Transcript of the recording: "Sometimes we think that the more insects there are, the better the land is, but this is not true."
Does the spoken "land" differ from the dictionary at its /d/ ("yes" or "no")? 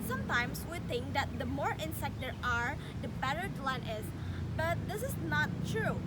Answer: yes